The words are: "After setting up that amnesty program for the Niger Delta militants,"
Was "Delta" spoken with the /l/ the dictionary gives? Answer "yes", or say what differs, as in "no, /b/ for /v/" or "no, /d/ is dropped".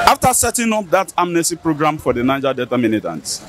no, /l/ is dropped